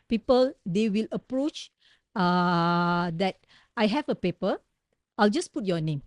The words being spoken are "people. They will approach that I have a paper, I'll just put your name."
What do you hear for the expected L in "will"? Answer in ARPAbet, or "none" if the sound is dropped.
L